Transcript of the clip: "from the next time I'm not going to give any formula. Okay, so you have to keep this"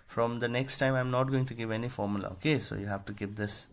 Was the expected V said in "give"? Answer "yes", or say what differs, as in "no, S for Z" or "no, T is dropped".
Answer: yes